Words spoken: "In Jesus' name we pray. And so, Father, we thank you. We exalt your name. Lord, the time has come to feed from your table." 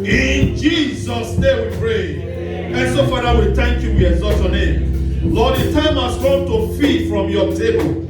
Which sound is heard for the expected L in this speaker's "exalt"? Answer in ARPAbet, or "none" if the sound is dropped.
none